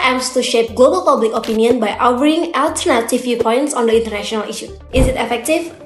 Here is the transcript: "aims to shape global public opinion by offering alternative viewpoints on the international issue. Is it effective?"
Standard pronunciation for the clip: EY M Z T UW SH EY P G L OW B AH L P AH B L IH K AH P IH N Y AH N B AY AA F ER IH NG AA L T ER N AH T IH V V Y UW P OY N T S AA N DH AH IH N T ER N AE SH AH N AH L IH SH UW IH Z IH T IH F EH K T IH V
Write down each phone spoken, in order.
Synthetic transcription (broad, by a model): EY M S T UW SH EY P G L OW B AH L P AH B L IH K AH P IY N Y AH N B AY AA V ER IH NG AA L T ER N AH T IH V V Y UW P OY N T S AA N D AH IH N T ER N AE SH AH N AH L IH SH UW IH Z IH T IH F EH K T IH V